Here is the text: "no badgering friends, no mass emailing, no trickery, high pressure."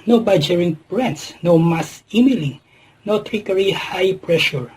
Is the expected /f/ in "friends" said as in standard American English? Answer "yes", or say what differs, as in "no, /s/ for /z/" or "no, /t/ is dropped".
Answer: no, /p/ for /f/